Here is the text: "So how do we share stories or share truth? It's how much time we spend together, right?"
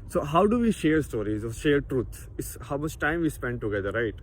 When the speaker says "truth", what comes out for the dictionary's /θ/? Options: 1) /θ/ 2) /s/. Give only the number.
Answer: 2